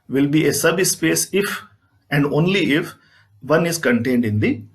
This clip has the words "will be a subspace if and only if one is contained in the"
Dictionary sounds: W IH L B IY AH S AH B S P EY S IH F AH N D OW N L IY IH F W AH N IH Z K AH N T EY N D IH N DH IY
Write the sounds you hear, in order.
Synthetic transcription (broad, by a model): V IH L B IY AH S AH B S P EY S IH F AH N D OW N L IY IH F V AH N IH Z K AH N T EY N D IH N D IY